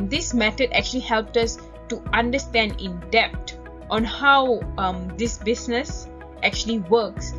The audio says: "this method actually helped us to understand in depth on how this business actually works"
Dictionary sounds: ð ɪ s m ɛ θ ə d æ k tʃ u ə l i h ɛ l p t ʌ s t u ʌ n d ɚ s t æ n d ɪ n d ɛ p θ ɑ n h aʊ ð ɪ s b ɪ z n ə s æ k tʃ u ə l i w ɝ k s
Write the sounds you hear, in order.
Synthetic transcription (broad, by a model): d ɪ s m ɛ t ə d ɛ k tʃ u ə l i h ɛ l p t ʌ s t u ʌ n d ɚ s t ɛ n d ɪ n d ɛ p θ ɑ n h aʊ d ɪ s b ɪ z n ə s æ k tʃ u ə l i w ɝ k s